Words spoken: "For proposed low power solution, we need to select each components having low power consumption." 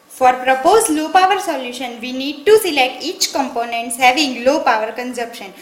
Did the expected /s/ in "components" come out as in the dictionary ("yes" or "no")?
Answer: yes